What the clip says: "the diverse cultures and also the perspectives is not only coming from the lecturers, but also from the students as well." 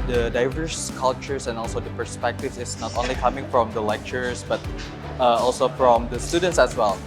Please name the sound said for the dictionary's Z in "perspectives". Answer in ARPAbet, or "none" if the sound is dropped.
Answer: none